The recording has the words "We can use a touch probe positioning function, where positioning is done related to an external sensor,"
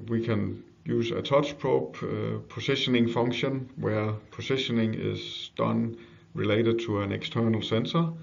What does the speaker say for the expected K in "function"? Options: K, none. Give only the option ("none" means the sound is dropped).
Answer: K